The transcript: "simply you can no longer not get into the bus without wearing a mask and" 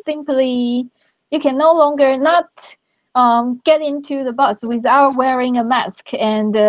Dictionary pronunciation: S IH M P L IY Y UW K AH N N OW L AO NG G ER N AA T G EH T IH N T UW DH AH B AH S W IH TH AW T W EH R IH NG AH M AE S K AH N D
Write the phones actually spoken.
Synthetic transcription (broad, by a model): S IH M P L IY Y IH K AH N N OW L AO NG G ER N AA T G EH T IH N T UW DH AH B AH S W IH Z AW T W EH R IH NG AH M AE S K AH N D